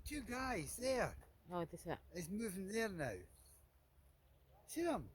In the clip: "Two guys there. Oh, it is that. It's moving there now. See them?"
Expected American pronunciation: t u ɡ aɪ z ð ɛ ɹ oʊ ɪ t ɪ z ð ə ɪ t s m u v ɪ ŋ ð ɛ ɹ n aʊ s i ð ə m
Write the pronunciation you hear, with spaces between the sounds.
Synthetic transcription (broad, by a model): t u ɡ aɪ z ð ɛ ɹ oʊ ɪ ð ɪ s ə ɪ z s m u v ɪ ŋ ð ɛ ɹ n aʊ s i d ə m